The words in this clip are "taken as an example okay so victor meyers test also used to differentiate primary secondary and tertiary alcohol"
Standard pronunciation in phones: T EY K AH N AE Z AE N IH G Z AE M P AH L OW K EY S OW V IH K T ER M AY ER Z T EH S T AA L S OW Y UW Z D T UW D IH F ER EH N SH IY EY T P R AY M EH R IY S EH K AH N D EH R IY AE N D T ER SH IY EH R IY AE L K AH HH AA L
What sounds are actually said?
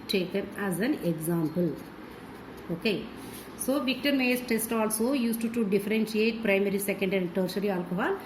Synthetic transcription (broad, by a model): T EY K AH N AE Z AE N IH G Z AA M P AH L OW K EY S OW V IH K T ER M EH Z T EH S T AA L S OW Y UW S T T UW D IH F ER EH N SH IY EY T P R AY M EH R IY S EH K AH N D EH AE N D T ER S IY R IY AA L K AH HH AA L